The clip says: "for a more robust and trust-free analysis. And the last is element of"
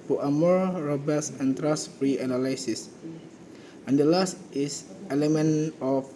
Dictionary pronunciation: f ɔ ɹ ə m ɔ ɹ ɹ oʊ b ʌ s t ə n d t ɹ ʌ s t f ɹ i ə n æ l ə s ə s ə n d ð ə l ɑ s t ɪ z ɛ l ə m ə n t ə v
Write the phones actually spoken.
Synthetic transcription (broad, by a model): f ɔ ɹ ə m ɔ ɹ ɹ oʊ b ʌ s ə n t ɹ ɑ s f ɹ i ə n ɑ l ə s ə s ə n d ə l ɑ s t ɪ s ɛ l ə m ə n ə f